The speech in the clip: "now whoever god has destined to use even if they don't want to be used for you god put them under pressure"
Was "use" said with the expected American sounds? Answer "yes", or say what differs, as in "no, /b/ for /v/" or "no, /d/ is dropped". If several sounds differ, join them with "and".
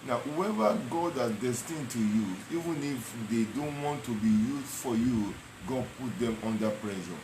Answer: no, /s/ is dropped